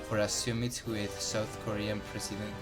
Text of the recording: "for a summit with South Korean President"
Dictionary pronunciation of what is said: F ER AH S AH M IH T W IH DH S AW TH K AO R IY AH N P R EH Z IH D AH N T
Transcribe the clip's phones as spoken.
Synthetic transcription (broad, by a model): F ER AH S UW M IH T W IH DH S AW TH K AO R IY AH N P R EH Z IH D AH N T